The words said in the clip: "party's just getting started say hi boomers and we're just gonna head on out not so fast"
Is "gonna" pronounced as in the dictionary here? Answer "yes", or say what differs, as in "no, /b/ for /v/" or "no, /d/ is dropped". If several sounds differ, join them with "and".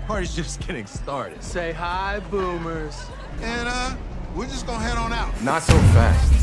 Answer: no, /n/ is dropped